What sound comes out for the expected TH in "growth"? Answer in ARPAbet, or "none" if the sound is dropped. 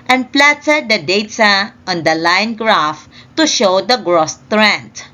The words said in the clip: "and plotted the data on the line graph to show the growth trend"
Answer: S